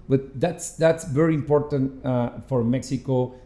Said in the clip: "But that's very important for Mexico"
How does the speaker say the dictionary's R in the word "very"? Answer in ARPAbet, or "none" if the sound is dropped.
R